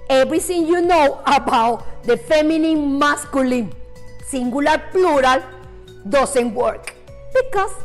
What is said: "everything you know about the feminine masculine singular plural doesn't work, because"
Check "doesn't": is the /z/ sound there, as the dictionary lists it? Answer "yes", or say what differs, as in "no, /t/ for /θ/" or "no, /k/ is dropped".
no, /s/ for /z/